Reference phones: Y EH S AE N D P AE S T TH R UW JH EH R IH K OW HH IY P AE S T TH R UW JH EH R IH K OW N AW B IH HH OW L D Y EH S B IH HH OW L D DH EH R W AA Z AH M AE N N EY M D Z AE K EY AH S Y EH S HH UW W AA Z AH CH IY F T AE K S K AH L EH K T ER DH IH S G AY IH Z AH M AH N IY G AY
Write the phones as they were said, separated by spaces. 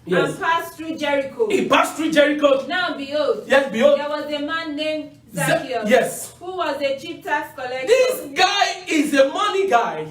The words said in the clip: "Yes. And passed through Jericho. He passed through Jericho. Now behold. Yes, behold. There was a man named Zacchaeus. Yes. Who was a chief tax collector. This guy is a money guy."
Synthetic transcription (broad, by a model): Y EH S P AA S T R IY JH EH R IH K OW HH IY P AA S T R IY JH EH R IH K OW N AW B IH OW D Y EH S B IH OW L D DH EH W AA Z AH M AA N N EY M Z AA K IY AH Y EH S HH UW W AA Z AH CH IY P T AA S K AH L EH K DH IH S G AY IH Z AH M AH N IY G AY